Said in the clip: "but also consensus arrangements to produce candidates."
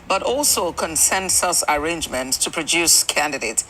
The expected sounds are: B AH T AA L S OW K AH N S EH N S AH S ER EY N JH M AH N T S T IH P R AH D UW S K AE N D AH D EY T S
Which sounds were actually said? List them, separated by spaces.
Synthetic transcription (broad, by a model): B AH T AA L S OW K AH N S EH N S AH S ER EY N JH M AH N T S T IH P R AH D UW S K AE N D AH D EY T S